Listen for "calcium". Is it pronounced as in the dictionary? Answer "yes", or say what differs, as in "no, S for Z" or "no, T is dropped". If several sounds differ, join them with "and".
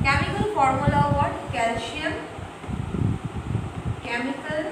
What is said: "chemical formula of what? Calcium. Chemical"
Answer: no, SH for S